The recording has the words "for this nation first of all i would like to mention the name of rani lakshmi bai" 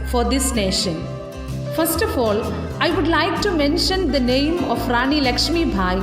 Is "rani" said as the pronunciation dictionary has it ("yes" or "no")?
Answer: yes